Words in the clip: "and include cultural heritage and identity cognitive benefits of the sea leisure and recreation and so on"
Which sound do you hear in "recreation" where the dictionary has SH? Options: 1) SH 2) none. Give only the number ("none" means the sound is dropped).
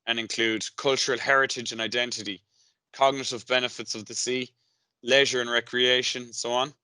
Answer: 2